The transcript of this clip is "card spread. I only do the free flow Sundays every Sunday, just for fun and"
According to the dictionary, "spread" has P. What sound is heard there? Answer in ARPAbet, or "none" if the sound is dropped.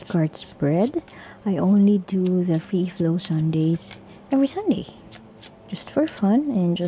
B